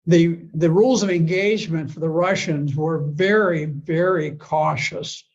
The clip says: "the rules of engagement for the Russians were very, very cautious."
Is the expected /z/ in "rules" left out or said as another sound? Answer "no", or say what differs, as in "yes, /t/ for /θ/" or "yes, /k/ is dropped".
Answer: no